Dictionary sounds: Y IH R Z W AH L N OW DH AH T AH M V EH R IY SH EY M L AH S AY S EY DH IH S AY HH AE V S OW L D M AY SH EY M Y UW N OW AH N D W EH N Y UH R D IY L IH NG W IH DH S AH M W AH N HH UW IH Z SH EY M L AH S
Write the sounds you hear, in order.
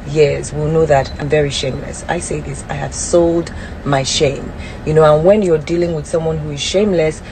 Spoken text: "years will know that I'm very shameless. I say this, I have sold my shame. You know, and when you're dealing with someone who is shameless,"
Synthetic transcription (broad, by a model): Y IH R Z W AH L N OW DH AH T AH M V EH R IY SH EY M L AH S AY S EY DH IH S AY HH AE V S OW L D M AY SH EY M Y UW N OW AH N W EH N Y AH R D IY L IH NG W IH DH S AH M W AH N HH UW IH Z SH EY M L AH S